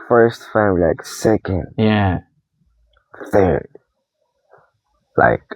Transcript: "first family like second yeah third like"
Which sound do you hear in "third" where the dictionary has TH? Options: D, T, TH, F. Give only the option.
TH